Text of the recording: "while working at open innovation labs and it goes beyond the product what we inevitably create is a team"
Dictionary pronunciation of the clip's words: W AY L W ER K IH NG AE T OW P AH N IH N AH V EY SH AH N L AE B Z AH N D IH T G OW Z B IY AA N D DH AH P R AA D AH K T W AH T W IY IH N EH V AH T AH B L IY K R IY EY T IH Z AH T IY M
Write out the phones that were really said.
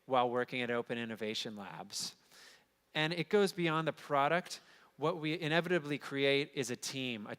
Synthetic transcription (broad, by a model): W AY L W ER K IH NG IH T OW P AH N IH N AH V EY SH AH N L AE B Z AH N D IH T G OW Z B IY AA N DH AH P R AA D AH K T W AH T W IY IH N EH V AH T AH B L IY K R IY EY T IH Z AH T IY M